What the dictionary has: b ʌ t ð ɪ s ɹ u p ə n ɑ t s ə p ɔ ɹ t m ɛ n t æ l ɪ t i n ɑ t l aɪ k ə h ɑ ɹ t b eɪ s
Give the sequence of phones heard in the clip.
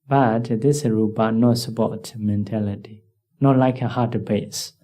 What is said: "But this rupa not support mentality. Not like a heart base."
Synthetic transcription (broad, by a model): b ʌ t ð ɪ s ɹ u b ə n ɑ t s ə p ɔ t m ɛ n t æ l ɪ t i n ɑ t l aɪ k ə h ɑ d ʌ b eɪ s